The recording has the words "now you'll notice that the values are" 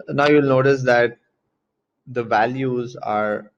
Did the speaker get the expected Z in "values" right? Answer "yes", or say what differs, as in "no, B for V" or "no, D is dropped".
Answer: yes